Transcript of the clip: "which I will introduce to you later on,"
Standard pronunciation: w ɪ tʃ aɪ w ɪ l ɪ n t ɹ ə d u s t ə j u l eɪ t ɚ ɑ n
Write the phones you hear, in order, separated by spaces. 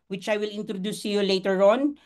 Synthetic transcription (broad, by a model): w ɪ tʃ aɪ w ɪ l ɪ n t ɹ ə d u s t ə j u l eɪ t ɚ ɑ n